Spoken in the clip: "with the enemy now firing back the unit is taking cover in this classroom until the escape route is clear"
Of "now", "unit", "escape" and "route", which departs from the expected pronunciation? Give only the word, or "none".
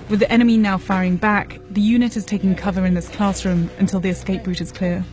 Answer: none